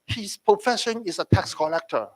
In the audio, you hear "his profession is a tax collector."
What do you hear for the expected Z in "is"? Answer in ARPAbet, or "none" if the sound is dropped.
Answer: S